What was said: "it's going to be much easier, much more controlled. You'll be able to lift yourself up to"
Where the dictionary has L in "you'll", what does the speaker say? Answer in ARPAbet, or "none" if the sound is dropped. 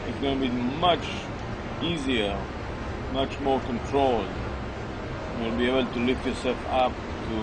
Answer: N